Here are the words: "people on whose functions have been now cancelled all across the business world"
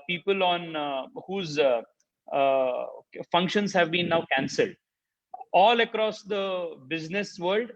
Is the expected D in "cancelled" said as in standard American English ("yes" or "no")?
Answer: yes